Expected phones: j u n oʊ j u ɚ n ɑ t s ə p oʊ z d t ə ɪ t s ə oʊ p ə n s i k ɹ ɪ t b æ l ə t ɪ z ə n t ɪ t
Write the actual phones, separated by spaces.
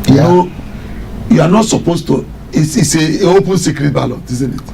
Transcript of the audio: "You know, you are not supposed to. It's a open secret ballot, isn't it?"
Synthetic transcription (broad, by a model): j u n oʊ j u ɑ n ɑ t s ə p oʊ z t ə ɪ s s ə oʊ p ə n s i k ɹ ɪ t b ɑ l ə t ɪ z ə n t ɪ t